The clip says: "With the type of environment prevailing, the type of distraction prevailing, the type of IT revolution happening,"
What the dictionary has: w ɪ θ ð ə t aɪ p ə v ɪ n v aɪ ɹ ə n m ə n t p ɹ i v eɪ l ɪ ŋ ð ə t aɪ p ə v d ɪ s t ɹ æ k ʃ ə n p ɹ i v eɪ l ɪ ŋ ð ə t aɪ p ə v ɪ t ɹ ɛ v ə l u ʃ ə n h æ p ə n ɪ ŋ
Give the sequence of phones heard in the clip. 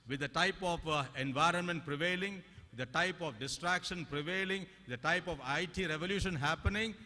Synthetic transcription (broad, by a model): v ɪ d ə t aɪ p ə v ɪ n v aɪ ɹ ə n m ə n t p ɹ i v eɪ l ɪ ŋ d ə t aɪ p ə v d ɪ s t ɹ æ k ʃ ə n p ɹ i v eɪ l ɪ ŋ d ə t aɪ p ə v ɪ t ɹ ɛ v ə l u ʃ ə n h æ p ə n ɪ ŋ